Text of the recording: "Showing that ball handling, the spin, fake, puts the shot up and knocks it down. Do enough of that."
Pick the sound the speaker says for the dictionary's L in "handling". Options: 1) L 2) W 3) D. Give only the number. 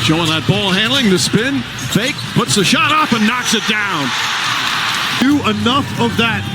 1